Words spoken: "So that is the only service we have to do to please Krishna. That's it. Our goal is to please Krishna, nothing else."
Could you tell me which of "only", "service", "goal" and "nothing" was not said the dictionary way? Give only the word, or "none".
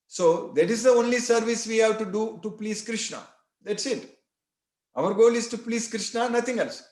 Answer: nothing